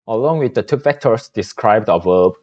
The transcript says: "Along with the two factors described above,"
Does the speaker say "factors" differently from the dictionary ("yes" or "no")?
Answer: yes